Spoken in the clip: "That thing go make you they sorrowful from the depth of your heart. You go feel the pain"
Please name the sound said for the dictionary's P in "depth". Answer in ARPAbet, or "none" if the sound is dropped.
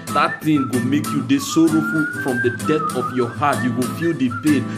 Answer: none